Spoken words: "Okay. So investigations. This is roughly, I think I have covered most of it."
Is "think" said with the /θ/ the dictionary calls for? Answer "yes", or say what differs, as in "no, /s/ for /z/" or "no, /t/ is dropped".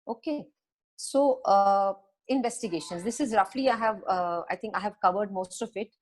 no, /t/ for /θ/